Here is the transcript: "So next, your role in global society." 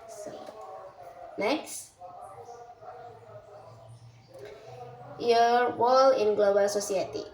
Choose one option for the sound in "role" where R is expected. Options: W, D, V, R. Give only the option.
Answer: W